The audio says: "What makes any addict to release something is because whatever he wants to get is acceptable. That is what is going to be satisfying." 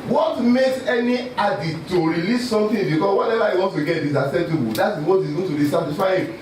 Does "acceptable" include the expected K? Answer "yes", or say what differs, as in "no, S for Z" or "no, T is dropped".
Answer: no, K is dropped